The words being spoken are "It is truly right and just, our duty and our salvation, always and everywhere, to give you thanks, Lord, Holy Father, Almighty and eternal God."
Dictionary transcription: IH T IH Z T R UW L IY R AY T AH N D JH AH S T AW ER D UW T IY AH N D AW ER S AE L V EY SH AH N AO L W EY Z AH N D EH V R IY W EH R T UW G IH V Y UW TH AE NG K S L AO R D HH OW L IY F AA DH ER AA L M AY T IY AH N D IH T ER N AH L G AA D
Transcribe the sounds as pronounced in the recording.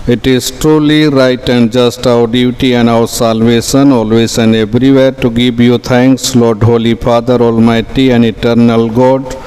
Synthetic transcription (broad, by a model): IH T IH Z T R UW L IY R AY T AH N D JH AH S T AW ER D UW T IY AH N D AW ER S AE L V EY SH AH N AO L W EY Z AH N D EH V R IY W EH R T UW G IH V Y UW T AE NG K S L AO R D HH OW L IY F AA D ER AA L M AY T IY AH N D IH T ER N AH L G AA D